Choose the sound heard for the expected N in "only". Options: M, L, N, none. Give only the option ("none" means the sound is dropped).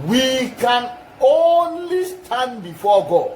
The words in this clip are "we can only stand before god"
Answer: N